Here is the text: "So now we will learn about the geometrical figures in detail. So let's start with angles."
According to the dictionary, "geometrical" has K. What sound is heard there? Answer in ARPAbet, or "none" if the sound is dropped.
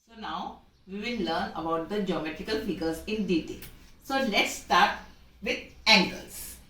K